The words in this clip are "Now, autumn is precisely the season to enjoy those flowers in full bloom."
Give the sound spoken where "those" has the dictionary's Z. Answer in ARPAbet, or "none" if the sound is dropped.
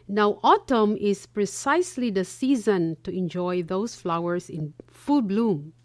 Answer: S